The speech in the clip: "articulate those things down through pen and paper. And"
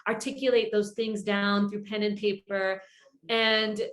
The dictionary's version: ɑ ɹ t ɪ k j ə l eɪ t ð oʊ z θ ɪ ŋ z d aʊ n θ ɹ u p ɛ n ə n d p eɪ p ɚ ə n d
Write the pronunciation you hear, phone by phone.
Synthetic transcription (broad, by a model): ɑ ɹ t ɪ k j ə l eɪ t ð oʊ z θ ɪ ŋ z d aʊ n θ ɹ u p ɛ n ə n p eɪ p ɚ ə n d